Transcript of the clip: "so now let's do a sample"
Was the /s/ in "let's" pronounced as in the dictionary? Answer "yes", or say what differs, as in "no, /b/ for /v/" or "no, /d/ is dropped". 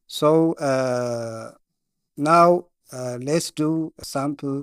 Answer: yes